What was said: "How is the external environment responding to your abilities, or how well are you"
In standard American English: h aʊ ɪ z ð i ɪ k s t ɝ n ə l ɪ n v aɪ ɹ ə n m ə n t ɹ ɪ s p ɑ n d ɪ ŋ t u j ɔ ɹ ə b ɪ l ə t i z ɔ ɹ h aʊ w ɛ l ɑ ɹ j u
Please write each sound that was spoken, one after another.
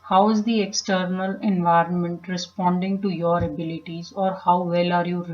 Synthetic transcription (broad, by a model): h aʊ ɪ z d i ɪ k s t ɝ n ə l ɪ n v aɪ ɹ ə n m ə n t ɹ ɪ s p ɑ n d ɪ ŋ t u j ɔ ɹ ə b ɪ l ə t i z ɔ ɹ h aʊ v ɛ l ɑ ɹ j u